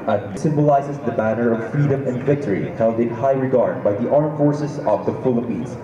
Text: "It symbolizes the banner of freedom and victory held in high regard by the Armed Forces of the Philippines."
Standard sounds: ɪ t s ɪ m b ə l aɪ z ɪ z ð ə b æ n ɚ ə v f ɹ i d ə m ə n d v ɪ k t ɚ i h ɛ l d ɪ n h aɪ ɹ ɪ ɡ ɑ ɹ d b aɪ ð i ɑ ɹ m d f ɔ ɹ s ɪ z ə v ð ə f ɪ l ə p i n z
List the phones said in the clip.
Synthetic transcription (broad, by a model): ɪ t s ɪ m b ə l aɪ z ɪ z ð ə b æ n ɚ ə v f ɹ i d ə m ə n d v ɪ k t ɚ i h ɛ l d ɪ n h aɪ ɹ ɪ ɡ ɑ ɹ d b aɪ ð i ɑ ɹ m f ɔ ɹ s ɪ z ə v ð ə f ɪ l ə p i n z